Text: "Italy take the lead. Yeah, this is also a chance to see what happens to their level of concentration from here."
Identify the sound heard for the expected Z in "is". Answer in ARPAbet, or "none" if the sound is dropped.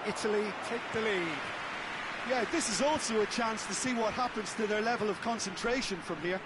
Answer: Z